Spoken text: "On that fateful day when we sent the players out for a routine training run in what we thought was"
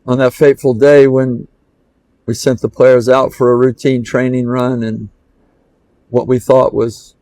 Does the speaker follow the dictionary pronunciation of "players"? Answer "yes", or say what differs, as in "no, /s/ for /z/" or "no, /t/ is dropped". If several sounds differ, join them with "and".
yes